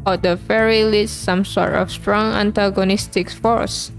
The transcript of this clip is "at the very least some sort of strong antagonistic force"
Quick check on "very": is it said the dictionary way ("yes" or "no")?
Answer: no